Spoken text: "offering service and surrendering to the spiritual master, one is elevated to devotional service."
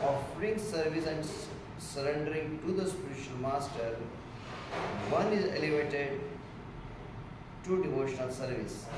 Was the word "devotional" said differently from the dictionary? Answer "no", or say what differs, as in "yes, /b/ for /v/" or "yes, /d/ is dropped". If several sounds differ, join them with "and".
no